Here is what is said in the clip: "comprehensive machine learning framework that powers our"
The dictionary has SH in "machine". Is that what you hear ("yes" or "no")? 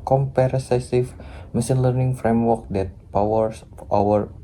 no